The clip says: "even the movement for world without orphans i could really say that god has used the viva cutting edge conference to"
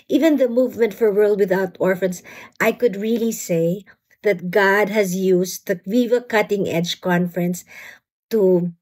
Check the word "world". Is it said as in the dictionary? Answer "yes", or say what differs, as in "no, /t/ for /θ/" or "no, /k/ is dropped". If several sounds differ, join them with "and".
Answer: yes